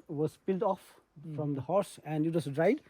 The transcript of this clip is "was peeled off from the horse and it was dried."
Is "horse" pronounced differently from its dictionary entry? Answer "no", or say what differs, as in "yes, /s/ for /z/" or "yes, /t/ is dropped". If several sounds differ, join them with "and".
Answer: no